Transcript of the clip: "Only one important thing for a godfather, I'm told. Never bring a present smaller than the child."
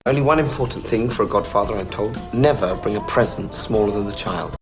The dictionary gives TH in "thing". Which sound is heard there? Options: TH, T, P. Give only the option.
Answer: TH